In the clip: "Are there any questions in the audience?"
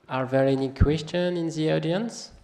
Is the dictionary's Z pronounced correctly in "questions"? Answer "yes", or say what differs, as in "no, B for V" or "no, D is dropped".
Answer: no, Z is dropped